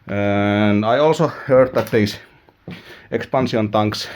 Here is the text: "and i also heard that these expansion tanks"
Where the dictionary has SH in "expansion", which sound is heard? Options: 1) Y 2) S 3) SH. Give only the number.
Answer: 2